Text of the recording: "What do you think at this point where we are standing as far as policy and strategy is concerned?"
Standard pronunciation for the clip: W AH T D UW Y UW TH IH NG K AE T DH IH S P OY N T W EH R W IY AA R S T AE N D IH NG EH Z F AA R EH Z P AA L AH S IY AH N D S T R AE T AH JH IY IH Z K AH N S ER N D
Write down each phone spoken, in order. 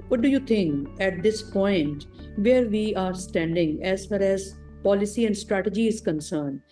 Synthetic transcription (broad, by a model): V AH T D UW Y UW T IH NG K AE T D IH S P OY N T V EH R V IY AA R S T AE N D IH NG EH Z F AA R EH Z P AA L AH S IY AH N D S T R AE T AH JH IY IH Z K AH N S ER N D